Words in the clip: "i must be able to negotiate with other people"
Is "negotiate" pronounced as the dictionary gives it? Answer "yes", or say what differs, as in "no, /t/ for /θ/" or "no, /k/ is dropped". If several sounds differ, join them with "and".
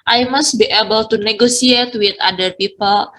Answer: no, /s/ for /ʃ/